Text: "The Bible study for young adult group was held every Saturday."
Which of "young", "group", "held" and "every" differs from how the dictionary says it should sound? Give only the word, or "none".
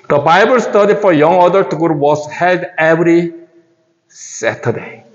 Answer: group